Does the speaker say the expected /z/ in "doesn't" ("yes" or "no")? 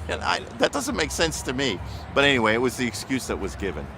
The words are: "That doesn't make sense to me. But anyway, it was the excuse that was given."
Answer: yes